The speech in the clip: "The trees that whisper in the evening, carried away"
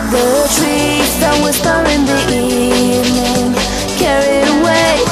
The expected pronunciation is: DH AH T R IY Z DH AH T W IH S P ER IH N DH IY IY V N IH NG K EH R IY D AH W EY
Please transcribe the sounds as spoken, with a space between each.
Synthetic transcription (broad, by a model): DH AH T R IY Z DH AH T W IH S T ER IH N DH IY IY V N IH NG K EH R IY AH W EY